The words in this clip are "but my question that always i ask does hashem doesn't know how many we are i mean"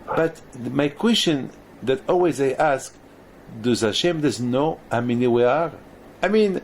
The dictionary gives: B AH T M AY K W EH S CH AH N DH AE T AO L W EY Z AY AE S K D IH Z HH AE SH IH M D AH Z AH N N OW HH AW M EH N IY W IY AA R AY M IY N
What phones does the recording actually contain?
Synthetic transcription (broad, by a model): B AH T M AY K W EH S CH AH N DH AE T AO L W EY Z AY AE S K D IH Z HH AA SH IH M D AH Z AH N N OW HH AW M EH N IY W IY AA R AY M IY N